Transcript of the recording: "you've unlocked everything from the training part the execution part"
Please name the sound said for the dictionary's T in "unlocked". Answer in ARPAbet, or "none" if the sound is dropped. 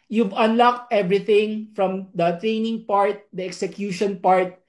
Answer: T